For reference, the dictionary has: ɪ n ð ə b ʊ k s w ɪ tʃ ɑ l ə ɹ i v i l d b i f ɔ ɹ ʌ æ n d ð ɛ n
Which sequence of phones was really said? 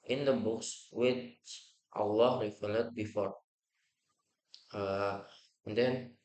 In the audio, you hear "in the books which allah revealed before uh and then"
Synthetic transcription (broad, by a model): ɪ n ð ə b ʊ k s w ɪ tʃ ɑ l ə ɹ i f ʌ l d b i f ɔ ɹ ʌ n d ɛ n